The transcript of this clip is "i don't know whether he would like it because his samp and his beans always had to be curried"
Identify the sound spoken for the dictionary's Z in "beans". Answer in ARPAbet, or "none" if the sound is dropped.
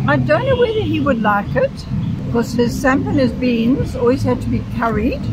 Z